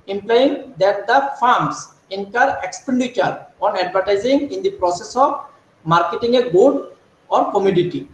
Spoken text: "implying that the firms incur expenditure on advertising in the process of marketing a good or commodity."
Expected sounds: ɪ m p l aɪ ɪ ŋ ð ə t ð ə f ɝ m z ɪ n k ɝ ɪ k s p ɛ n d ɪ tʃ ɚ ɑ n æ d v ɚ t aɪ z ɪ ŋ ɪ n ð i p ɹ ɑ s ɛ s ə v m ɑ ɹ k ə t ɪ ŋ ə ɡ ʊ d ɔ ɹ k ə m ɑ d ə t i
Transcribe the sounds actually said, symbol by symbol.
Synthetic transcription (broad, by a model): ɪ m p l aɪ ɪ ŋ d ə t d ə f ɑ m s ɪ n k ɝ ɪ k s p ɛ n d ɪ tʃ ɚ ɑ n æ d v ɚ t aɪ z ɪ ŋ ɪ n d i p ɹ ɑ s ɛ s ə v m ɑ ɹ k ə t ɪ ŋ ə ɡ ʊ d ɔ ɹ k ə m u d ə t i